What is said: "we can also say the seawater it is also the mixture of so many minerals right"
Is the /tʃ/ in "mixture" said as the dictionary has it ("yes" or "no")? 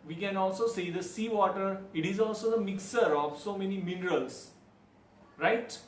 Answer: no